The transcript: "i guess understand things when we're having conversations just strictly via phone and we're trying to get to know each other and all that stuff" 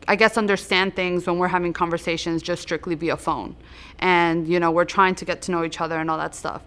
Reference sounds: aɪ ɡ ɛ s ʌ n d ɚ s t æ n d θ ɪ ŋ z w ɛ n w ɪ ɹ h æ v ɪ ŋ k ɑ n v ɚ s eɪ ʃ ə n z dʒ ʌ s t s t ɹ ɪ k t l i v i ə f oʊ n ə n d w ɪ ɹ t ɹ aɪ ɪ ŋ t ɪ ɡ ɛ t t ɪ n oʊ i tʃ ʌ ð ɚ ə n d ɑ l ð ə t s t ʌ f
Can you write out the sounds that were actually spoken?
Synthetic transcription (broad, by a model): aɪ ɡ ɛ s ʌ n d ɚ s t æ n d θ ɪ ŋ z w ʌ n w ɪ ɹ h æ v ɪ ŋ k ɑ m v ɚ s eɪ ʃ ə n z dʒ ʌ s s t ɹ ɪ k t l i b i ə f oʊ n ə n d w ɪ ɹ t ɹ aɪ ɪ ŋ t ɪ ɡ ɛ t t ɪ n oʊ i tʃ ʌ ð ɚ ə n ɑ l ð ə t s t ʌ f